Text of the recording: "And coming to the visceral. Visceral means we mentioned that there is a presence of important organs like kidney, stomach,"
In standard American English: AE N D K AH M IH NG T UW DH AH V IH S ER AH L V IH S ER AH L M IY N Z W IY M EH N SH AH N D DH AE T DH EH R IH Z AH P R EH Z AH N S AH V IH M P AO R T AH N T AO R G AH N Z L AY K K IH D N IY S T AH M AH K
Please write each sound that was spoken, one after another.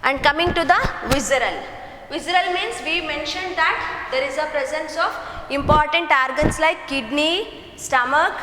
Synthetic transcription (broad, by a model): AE N D K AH M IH NG T UW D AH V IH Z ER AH L V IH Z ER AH L M IY N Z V IY M EH N SH AH N D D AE T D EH R IH Z AH P R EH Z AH N S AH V IH M P AO R T AH N T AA R G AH N S L AY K K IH D N IY S T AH M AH K